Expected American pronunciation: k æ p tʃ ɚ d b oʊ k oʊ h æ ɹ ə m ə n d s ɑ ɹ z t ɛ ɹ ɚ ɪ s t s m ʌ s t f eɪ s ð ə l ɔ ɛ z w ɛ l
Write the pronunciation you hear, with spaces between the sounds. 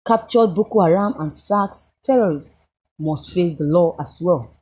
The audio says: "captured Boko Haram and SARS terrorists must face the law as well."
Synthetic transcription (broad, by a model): k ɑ p tʃ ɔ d b oʊ k oʊ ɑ ɹ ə m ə n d s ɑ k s t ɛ ɹ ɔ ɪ s t s m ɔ s t f eɪ s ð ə l ɔ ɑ s w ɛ l